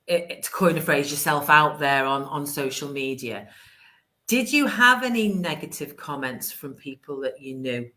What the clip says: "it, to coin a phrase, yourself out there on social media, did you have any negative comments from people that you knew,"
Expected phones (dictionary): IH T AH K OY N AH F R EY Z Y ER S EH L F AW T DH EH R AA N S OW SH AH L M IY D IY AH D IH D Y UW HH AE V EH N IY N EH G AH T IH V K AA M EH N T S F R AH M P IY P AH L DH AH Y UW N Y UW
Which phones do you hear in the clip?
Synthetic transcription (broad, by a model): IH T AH K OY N AH F R EY Z Y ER S EH L F AW T DH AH R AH N S OW SH AH L M IY D IY AH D IH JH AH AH V EH N IY N EH G AH T IH V K AA M EH N T S F R AH M P IY P AH L DH AH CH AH N Y UW